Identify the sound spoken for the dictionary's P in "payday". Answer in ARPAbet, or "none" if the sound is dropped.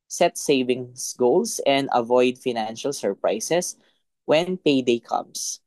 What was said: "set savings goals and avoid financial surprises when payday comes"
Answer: P